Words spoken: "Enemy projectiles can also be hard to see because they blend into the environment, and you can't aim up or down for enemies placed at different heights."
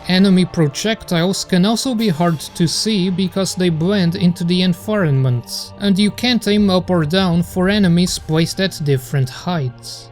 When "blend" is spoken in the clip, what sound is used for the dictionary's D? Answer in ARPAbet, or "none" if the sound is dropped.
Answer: D